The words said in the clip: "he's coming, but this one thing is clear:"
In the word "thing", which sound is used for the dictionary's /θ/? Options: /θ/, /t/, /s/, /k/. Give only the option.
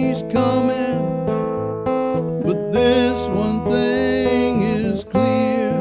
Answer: /θ/